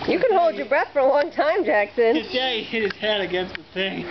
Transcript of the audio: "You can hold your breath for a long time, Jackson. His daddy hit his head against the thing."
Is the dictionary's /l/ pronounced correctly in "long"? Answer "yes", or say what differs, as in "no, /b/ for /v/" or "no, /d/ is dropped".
no, /w/ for /l/